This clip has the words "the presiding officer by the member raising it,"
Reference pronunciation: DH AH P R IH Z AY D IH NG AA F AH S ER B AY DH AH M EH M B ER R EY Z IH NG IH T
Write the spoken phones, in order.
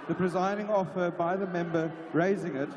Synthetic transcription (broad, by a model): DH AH P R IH Z AY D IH NG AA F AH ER B AY DH AH M EH M B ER R EY Z IH NG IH T